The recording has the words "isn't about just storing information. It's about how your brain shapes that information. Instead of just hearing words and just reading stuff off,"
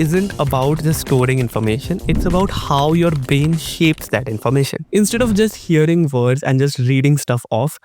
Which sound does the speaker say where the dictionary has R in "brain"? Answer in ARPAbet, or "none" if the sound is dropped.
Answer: none